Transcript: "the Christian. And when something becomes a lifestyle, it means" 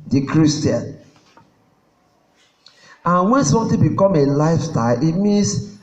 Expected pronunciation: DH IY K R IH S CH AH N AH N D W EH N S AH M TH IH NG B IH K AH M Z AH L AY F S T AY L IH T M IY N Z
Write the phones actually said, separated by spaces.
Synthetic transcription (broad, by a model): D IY K R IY S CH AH N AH N W EH N S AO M T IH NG B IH K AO M AH L AY F S T AY L IH T M IY N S